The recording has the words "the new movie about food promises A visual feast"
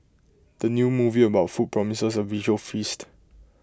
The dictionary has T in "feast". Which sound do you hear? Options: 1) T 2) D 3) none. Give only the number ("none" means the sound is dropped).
1